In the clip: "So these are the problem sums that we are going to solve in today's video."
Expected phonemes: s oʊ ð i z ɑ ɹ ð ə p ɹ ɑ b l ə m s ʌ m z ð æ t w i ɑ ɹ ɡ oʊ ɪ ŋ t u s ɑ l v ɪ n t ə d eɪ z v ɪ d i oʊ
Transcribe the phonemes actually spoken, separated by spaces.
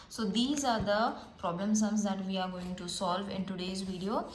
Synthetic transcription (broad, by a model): s oʊ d i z ɑ ɹ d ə p ɹ ɑ b l ə m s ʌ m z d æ t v i ɑ ɹ ɡ oʊ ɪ ŋ t u s ɑ l v ɪ n t ə d eɪ z v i d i oʊ